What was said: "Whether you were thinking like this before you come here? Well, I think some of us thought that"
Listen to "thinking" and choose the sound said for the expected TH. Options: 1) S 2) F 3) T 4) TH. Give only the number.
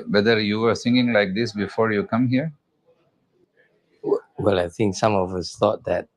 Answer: 1